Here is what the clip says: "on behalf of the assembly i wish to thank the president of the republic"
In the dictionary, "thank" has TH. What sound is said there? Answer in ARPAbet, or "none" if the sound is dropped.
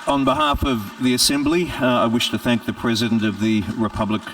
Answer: TH